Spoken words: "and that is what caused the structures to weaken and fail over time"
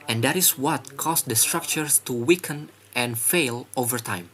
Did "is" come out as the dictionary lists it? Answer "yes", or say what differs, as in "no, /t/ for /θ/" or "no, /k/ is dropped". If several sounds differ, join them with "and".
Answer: no, /s/ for /z/